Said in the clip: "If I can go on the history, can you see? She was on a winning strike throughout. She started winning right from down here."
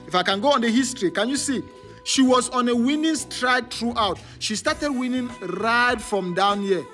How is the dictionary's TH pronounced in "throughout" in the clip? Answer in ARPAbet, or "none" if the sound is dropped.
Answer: T